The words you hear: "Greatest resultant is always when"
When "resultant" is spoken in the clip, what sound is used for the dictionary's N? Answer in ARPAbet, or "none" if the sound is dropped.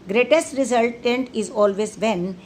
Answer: N